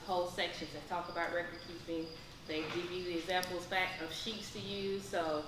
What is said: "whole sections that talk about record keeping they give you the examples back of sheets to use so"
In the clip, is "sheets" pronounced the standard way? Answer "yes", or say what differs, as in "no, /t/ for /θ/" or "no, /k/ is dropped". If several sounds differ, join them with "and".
yes